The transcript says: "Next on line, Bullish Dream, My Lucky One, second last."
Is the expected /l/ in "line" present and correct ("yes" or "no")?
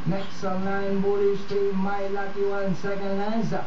no